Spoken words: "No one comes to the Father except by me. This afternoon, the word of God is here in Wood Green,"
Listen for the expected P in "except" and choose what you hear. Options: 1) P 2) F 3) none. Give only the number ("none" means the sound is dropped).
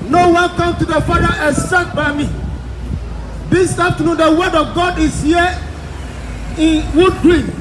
3